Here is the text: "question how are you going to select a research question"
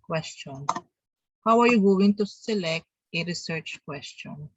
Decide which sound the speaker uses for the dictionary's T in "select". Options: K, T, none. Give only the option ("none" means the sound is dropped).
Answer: T